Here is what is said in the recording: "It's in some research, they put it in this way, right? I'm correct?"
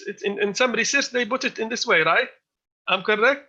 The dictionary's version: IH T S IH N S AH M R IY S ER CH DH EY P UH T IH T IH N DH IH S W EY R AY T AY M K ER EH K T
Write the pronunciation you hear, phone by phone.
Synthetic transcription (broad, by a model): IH T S IH N S AH M R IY S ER S DH EY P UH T IH T IH N DH IH S W EY R AY T AY M K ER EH K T